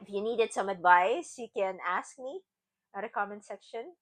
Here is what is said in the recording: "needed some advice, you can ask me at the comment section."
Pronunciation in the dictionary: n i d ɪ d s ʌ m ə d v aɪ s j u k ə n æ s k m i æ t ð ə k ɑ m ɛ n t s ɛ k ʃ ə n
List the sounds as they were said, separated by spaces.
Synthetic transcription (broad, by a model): n i d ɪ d s ʌ m ə d v aɪ s j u k ə n æ s k m i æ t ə k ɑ m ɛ n s ɛ k ʃ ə n